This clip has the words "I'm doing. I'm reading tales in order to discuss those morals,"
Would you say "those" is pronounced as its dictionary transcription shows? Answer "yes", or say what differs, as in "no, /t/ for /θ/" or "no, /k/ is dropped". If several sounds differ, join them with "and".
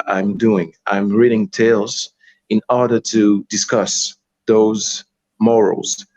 yes